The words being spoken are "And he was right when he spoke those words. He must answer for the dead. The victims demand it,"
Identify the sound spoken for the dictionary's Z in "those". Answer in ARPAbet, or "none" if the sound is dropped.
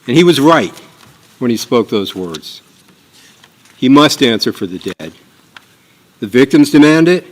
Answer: Z